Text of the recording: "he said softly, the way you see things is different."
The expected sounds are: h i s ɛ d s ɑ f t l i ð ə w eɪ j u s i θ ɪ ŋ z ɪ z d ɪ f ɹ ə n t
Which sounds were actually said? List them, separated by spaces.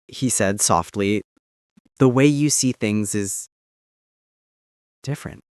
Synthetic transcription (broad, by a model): h i s ɛ d s ɑ f t l i ð ə w eɪ j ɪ s i θ ɪ ŋ z ɪ z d ɪ f ɹ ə n t